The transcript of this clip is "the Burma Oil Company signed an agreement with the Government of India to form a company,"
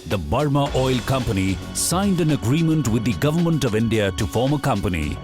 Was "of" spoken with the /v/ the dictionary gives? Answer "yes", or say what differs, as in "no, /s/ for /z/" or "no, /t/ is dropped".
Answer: yes